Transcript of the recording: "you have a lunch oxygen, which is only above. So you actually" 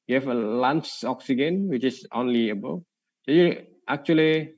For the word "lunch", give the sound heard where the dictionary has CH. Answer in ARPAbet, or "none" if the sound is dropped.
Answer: S